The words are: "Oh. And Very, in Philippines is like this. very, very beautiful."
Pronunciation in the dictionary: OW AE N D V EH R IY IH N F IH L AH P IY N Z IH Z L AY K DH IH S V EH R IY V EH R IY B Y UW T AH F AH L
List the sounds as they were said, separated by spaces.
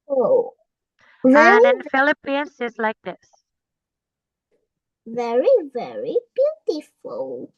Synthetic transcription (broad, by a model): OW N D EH IH N F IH L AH P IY N S IH Z L AY K DH IH S V EH R IY V EH R IY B Y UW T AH F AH L